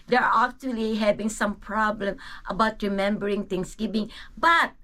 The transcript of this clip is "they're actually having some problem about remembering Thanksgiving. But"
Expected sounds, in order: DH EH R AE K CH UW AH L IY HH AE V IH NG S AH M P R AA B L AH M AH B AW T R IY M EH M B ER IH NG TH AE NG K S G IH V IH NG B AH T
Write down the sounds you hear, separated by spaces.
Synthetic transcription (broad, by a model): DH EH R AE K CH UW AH L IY HH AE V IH NG S AH M P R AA B L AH M AH B AW T R IY M EH M B ER IH NG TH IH NG S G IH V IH NG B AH T